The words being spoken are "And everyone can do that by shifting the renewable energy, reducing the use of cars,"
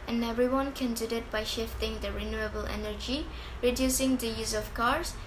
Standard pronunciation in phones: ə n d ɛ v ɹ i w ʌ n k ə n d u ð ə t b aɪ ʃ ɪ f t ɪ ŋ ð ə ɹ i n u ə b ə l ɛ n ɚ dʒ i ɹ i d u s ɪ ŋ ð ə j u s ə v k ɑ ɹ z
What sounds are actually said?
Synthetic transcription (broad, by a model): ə n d ɛ v ɹ i w ʌ n k ə n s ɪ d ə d b aɪ ʃ ɪ f t ɪ ŋ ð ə ɹ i n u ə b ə l ɛ n ɚ dʒ i ɹ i d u s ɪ ŋ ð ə j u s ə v k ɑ ɹ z